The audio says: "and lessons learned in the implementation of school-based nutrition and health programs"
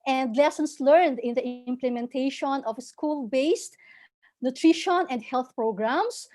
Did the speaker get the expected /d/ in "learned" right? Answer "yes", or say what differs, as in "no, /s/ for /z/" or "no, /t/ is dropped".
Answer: yes